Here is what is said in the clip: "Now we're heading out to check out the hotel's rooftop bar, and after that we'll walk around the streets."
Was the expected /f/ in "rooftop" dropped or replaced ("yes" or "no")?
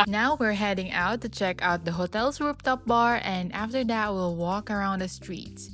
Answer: yes